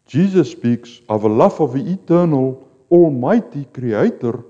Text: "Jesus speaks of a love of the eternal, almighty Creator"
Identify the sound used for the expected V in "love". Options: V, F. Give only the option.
F